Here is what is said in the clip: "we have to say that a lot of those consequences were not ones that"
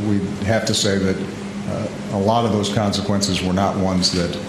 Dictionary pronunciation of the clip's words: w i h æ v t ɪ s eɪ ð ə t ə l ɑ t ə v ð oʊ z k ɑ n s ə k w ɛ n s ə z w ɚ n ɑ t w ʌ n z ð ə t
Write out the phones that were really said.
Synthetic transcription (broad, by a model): w i h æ f t ɪ s eɪ ð ə t ə l ɑ t ə v ð oʊ z k ɑ n s ə k w ɛ n s ə z w ɚ n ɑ t w ʌ n z ð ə t